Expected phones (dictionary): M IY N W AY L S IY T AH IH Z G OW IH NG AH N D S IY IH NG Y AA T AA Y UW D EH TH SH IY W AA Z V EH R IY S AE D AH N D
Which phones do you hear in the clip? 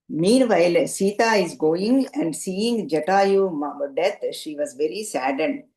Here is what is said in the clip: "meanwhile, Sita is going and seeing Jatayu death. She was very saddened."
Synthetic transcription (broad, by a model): M IY N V AY L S IY T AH IH Z G OW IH NG AH N D S IY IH NG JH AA T AA Y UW D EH T SH IY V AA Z V EH R IY S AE D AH N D